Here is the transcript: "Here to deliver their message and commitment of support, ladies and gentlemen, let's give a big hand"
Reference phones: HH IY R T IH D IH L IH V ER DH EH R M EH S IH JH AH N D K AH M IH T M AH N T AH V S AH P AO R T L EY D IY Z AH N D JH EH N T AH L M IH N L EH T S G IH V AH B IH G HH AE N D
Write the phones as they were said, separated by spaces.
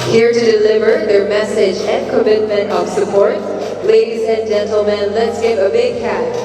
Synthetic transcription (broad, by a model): HH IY R T IH D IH L IH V ER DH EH R M EH S IH JH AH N K AH M IH T M AH N T AH V S AH P AO R T L EY D IY Z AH N JH EH N T L M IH N L EH T S G IH V AH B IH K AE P